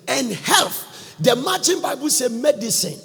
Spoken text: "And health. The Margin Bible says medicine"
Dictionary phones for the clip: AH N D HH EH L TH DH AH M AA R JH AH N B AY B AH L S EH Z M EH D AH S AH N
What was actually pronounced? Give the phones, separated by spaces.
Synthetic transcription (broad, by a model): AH N HH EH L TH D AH M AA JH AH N B AY B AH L S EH M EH D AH S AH N